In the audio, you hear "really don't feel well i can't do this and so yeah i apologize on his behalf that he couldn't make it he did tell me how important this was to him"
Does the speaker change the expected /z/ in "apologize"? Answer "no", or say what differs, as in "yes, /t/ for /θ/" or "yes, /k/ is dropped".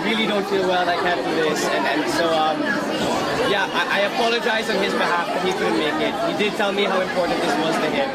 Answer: no